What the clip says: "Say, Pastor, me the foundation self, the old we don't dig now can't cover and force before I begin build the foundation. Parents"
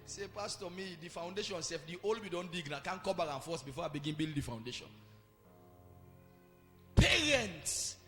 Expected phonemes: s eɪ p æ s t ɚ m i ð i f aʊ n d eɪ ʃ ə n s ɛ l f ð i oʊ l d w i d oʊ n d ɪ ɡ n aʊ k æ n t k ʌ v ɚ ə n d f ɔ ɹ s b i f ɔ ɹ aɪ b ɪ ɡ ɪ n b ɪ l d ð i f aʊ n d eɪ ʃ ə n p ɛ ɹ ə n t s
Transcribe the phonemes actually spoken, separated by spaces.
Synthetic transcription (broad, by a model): s eɪ p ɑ s t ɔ m i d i f aʊ n d eɪ ʃ ə n s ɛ f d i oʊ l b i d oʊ n d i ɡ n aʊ k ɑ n k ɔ b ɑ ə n f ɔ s b i f ɔ aɪ b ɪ ɡ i n b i l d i f aʊ n d eɪ ʃ ə n p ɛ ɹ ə n t s